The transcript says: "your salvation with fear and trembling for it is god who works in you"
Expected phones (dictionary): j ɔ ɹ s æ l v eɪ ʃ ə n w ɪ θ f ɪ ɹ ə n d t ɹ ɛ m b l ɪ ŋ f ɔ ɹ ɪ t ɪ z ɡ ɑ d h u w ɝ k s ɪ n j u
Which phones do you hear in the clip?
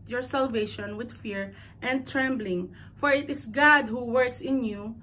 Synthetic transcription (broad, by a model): j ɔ ɹ s æ l v eɪ ʃ ə n w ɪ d f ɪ ɹ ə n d t ɹ ɛ m b l ɪ ŋ f ɔ ɹ ɪ t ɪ s ɡ ɑ d h u w ɝ k s ɪ n j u